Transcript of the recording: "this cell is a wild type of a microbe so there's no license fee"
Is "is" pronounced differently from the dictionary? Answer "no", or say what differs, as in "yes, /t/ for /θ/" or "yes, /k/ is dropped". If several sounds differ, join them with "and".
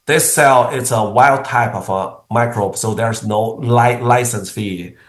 yes, /s/ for /z/